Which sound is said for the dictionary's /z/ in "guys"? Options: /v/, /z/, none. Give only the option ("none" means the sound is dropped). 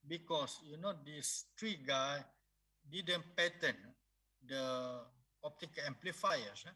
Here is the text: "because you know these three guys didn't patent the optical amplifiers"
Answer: none